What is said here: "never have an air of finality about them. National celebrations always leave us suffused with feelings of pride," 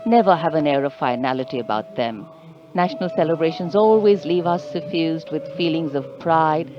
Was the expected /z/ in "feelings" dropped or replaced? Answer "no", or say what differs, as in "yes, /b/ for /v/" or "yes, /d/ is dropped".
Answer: no